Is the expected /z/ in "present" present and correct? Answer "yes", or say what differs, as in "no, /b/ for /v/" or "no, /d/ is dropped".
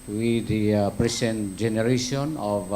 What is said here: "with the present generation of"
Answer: no, /s/ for /z/